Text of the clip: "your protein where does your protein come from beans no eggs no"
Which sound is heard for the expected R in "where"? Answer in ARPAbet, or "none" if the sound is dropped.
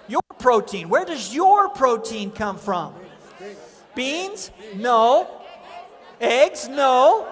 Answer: R